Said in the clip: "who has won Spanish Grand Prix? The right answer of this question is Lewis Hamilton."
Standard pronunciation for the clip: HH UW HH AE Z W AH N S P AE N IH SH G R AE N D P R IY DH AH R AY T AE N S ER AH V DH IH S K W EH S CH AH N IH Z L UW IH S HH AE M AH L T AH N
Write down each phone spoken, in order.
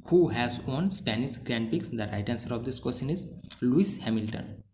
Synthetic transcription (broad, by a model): HH UW HH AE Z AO N S P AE N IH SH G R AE N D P IY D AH R AY T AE N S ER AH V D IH S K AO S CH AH N IH Z L UW IH S HH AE M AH L T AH N